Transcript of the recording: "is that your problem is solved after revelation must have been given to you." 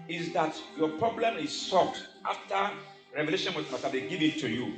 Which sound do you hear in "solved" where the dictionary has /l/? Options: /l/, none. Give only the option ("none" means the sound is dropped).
none